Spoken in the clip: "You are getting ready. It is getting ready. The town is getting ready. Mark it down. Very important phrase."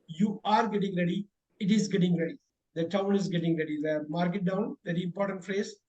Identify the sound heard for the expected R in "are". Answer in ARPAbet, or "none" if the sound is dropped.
R